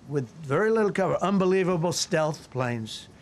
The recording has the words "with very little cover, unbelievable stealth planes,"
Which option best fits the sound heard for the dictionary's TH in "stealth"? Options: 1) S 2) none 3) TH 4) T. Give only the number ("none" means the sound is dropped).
3